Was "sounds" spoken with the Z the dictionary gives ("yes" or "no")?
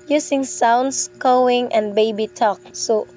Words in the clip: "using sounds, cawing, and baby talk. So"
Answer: no